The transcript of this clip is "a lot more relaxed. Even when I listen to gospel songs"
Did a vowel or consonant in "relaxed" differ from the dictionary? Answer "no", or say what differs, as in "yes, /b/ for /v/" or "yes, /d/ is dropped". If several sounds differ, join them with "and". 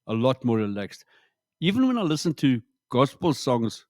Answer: no